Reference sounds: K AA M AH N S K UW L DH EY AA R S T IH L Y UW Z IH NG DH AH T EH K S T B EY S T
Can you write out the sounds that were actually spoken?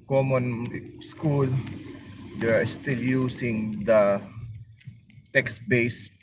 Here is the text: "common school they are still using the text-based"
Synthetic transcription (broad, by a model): K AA M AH N S K UW L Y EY AA R S T IH L Y UW S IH NG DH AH T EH K S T B EY S